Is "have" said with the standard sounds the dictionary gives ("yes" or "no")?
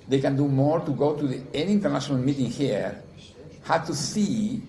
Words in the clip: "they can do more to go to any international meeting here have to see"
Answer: no